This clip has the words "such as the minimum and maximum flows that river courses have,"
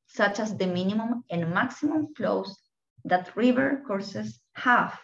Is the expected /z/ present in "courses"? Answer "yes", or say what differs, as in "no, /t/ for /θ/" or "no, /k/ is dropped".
no, /s/ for /z/